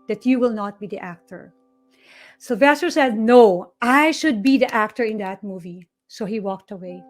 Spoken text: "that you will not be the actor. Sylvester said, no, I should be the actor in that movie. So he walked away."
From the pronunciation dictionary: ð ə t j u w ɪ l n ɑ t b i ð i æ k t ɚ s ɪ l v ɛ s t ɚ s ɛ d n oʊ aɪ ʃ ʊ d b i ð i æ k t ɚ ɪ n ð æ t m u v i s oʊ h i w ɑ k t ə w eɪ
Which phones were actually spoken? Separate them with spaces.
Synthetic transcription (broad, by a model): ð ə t j u w ɪ l n ɑ t b i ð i æ k t ɚ s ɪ l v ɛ s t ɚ s ɛ d n oʊ aɪ ʃ ʊ d b i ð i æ k t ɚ ɪ n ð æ t m u v i s oʊ h i w ɑ k t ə w eɪ